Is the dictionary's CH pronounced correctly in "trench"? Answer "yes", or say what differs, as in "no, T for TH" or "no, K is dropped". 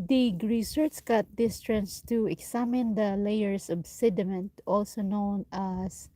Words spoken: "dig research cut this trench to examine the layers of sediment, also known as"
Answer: no, S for CH